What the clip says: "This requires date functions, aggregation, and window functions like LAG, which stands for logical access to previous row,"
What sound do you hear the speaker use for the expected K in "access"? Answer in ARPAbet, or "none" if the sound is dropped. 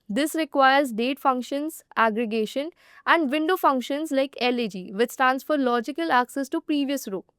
K